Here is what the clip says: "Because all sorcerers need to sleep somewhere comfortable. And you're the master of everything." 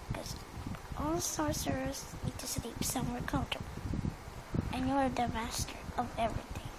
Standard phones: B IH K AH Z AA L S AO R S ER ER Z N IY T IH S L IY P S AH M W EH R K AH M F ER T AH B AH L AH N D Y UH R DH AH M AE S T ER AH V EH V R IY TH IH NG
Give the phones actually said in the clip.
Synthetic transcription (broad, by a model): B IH K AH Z AA L S AO R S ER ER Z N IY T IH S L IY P S AH M W EH R K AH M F T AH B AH L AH N Y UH R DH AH M AE S T ER AH V EH V R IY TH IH NG